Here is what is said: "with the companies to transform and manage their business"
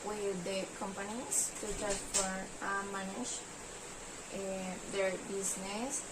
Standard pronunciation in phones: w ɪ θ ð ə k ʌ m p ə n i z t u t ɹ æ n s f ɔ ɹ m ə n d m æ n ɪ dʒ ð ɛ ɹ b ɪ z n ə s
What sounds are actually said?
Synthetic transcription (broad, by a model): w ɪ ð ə k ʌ m p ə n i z t u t æ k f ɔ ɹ ə m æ n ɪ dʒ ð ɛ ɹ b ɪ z n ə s